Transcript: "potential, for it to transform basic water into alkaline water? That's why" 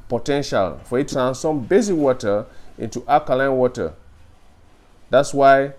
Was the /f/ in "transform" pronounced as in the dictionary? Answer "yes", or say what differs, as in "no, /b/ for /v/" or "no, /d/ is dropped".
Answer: no, /f/ is dropped